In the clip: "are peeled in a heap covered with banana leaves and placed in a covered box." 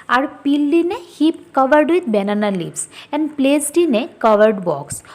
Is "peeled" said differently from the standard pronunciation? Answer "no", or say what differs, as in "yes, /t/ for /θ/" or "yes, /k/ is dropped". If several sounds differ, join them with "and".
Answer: yes, /d/ is dropped